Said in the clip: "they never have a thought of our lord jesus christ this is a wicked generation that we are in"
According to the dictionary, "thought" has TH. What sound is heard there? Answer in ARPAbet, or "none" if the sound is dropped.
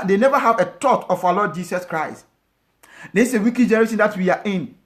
T